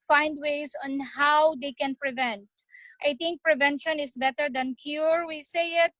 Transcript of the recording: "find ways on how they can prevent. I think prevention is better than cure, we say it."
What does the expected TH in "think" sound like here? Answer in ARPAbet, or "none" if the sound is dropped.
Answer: T